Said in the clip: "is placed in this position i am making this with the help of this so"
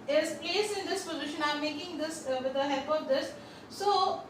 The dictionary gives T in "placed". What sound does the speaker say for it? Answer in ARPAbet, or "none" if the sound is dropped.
none